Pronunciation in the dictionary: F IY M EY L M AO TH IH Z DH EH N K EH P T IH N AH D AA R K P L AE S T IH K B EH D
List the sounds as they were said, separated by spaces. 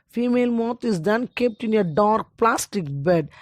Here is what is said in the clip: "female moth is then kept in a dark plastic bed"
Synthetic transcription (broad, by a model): F IY M EY L M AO T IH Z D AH N K EH P T IH N AH D AA R K P L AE S T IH K B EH D